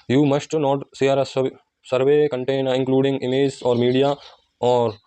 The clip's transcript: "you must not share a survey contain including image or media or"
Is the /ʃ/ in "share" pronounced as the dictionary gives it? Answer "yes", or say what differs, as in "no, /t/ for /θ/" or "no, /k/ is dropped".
no, /s/ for /ʃ/